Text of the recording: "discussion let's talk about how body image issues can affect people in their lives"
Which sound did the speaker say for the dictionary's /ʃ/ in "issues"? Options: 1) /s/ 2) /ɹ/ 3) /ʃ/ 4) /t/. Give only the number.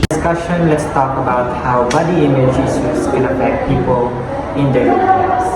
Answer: 1